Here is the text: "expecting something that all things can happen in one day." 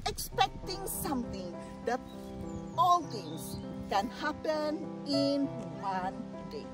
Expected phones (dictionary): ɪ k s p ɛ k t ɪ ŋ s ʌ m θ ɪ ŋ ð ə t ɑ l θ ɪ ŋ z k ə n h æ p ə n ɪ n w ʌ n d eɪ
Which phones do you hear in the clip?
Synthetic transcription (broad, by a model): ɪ k s p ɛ k t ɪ ŋ s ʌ m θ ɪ ŋ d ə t ɑ l t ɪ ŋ s k ə n h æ p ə n ɪ n w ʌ n d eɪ